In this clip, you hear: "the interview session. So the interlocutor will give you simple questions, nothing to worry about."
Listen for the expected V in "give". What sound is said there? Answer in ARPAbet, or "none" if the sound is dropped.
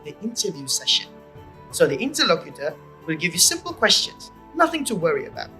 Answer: V